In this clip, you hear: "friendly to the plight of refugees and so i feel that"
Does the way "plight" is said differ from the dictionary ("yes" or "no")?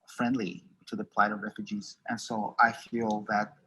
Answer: no